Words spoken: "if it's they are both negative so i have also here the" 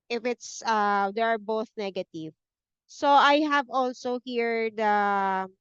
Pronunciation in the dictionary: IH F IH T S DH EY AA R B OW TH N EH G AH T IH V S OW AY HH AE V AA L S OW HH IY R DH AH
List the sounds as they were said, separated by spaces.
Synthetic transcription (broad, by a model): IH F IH T S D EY AA R B OW TH N EH G AH T IH V S OW AY HH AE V AA L S OW HH IY R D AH